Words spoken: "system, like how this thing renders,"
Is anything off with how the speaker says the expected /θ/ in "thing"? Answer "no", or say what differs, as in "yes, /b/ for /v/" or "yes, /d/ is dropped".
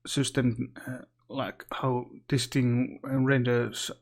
yes, /t/ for /θ/